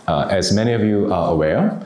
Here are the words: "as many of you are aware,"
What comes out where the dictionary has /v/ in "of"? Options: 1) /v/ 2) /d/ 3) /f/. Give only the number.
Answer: 1